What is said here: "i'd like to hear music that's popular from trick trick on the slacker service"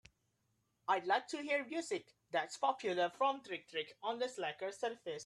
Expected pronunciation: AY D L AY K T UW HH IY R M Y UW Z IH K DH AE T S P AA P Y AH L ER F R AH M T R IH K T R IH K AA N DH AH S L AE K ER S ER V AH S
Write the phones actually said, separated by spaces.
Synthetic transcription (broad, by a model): AY D L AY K T UW HH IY R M Y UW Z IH K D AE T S P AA P Y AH L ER F R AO M T R IH K T R IH K AA N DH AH S L AE K ER S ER F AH S